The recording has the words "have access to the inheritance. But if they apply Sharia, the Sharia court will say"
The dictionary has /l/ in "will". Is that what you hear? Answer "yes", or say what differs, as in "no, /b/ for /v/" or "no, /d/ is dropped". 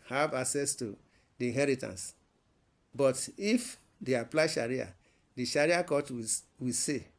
no, /w/ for /l/